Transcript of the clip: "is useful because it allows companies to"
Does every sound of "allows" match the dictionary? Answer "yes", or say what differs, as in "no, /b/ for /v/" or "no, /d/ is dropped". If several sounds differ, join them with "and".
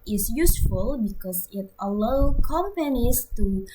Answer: no, /z/ is dropped